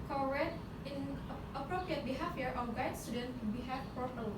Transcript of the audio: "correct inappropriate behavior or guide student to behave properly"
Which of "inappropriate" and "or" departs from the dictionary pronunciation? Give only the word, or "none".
or